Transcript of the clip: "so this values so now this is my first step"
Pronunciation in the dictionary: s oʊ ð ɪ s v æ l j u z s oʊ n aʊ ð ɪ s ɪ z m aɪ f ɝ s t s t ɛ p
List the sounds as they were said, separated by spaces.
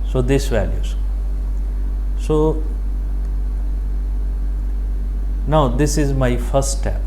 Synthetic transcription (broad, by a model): s oʊ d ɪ s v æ l j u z s oʊ n aʊ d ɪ s ɪ z m aɪ f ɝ t s t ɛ p